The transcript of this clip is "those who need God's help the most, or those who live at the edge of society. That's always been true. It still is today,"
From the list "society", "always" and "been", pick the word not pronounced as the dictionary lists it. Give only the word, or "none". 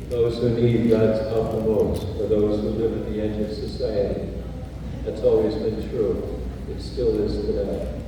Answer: none